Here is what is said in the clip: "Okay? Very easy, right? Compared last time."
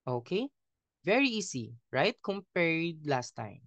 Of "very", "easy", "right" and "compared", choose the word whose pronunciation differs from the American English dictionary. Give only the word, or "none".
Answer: easy